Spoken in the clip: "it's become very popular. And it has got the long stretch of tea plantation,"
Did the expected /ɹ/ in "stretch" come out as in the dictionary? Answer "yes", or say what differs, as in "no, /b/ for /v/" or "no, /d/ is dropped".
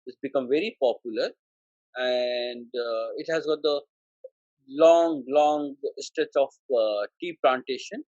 no, /ɹ/ is dropped